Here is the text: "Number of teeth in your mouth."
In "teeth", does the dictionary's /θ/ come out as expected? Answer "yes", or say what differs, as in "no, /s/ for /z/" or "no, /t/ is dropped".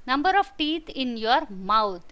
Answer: no, /t/ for /θ/